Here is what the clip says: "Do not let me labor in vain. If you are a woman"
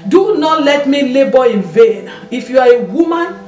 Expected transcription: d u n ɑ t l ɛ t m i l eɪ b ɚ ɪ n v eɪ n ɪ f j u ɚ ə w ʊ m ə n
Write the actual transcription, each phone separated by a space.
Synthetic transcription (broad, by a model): d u n ɑ t l ɛ t m i l eɪ b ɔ ɪ n v eɪ n ɪ f j u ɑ ə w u m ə n